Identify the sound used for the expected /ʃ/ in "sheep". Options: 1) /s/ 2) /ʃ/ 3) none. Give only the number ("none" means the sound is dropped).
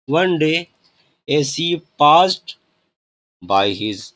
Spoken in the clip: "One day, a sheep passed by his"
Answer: 1